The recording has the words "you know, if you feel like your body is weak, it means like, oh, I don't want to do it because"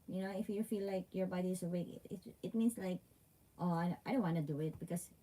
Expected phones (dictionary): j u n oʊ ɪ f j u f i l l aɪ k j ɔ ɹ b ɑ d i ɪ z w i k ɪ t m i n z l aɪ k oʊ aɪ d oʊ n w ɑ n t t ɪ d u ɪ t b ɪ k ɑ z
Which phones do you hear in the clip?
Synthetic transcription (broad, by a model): j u n oʊ ɪ f j u f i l l aɪ k j ɔ ɹ b ɑ d i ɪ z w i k ɪ t m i n s l aɪ k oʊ aɪ d oʊ n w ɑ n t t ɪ d u ɪ t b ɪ k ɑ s